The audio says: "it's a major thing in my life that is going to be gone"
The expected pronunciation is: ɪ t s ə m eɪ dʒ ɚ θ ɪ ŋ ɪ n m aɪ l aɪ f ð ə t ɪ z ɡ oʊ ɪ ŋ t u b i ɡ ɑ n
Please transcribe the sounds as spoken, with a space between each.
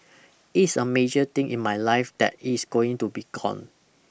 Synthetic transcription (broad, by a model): ɪ t s ə m eɪ dʒ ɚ t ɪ ŋ ɪ n m aɪ l aɪ f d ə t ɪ s ɡ oʊ ɪ ŋ t u b i ɡ ɑ n